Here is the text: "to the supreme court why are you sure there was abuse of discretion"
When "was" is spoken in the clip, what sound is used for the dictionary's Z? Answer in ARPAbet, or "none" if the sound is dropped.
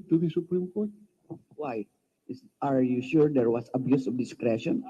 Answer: S